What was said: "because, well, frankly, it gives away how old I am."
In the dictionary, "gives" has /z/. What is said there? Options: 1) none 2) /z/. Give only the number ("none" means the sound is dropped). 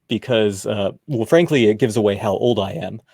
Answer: 2